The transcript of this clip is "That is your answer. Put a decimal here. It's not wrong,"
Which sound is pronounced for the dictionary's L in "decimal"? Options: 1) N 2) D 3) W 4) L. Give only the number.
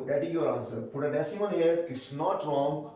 1